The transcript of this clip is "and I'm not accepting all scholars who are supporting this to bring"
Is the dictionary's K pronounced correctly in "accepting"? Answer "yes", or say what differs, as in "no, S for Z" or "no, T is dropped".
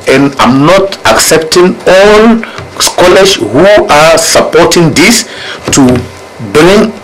yes